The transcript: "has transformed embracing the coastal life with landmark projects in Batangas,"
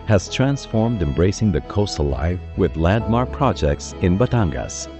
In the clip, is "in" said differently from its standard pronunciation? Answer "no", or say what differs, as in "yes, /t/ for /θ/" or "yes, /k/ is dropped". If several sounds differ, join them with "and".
no